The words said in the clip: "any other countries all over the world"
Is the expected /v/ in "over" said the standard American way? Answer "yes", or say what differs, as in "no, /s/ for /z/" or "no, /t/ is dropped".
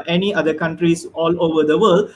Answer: yes